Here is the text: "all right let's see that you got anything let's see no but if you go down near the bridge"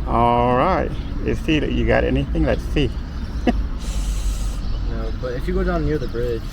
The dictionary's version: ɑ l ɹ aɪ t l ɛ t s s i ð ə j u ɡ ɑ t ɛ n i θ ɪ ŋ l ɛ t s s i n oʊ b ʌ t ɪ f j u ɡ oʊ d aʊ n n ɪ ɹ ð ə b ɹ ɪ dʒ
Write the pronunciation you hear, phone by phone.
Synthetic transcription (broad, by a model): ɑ l ɹ aɪ t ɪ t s s i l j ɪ ɡ ɑ t ɛ n i θ ɪ ŋ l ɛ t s s i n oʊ b ʌ t ɪ f j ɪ ɡ oʊ d aʊ n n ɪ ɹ ð ə b ɹ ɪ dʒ